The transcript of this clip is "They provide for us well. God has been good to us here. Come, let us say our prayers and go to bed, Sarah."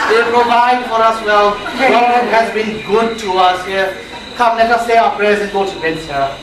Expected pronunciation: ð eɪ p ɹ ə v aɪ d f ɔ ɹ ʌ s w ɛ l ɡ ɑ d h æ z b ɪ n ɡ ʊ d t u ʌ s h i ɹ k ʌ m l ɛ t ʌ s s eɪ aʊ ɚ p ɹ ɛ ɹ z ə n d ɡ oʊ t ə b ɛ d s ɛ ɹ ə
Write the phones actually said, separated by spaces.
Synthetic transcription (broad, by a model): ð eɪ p ɹ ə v aɪ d f ɔ ɹ ʌ s w ɛ l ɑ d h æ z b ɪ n ɡ ʊ d t u ʌ s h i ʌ k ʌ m n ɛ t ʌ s s eɪ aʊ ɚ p ɹ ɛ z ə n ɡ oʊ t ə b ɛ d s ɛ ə